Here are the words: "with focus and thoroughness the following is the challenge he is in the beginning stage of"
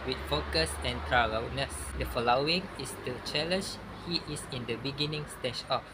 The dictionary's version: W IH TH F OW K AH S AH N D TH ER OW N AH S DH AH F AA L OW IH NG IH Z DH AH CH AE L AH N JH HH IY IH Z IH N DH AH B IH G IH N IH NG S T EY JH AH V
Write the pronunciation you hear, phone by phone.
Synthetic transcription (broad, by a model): W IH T F OW K AH S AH N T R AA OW N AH S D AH F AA L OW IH NG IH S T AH CH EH L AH N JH HH IY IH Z IH N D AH B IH G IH N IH NG S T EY SH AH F